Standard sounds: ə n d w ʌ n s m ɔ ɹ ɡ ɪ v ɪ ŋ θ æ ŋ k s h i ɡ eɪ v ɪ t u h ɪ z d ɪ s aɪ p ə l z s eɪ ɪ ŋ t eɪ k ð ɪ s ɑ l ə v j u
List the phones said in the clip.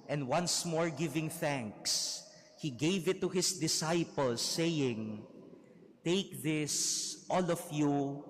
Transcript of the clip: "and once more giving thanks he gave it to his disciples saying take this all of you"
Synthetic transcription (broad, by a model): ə n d w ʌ n s m ɔ ɹ ɡ ɪ v ɪ ŋ θ æ ŋ k s h i ɡ eɪ v ɪ t u h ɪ s d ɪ s aɪ p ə l s eɪ ɪ ŋ t eɪ k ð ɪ s ɑ l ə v j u